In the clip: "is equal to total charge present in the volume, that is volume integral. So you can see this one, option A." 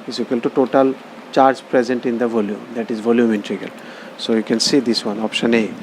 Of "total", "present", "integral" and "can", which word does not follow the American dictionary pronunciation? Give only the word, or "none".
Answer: integral